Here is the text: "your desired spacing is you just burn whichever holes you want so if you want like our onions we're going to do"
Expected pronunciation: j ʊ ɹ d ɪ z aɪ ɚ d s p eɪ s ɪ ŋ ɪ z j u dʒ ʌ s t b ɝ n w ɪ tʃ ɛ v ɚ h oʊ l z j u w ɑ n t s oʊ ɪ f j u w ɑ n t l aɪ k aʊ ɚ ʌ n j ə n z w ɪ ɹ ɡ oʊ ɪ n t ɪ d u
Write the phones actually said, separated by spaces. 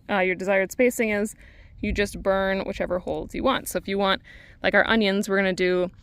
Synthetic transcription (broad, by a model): j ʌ ɹ d ɪ z aɪ ɚ d s p eɪ s ɪ ŋ ɪ z j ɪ dʒ ʌ s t b ɝ n w ɪ tʃ ɛ v ɚ h oʊ l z j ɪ w ɑ n t s oʊ ɪ f j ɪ w ɑ n t l aɪ k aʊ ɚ ʌ n j ə n z w ɪ ɹ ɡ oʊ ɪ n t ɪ d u